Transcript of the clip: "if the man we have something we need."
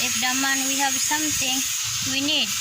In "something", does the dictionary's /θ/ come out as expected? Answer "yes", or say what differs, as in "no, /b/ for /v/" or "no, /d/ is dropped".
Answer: no, /t/ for /θ/